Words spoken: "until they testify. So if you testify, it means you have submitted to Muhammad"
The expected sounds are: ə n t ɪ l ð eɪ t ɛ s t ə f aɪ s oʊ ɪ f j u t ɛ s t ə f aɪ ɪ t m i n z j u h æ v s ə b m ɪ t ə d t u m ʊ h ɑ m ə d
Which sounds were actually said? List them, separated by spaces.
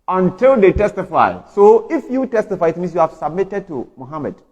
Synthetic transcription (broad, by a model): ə n t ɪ l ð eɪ t ɛ s t ə f aɪ s oʊ ɪ f j u t ɛ s t ə f aɪ ɪ t m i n s j u h æ v s ə b m ɪ t ə d t u m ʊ h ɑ m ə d